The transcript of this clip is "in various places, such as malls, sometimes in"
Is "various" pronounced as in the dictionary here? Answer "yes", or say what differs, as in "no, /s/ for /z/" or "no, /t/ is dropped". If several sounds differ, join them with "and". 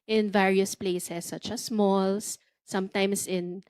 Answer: yes